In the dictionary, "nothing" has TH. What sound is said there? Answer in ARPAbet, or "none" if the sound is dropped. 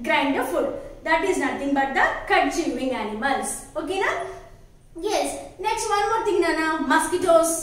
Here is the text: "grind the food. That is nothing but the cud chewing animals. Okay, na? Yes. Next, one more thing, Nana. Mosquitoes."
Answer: T